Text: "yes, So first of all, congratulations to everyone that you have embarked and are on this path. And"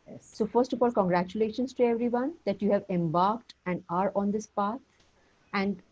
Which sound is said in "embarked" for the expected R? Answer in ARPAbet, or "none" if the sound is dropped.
R